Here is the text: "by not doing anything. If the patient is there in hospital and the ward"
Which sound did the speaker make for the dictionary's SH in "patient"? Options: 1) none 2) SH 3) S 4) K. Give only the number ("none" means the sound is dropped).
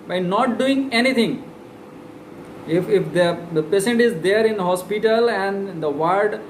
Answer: 3